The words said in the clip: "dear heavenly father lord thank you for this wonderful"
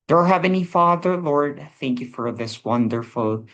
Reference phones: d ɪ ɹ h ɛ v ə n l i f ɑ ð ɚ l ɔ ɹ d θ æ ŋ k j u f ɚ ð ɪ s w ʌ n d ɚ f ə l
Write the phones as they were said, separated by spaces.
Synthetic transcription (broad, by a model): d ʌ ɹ h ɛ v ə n i f ɑ ð ɚ l ɔ ɹ d θ æ ŋ k j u f ɚ ð ɪ s w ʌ n d ɚ f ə l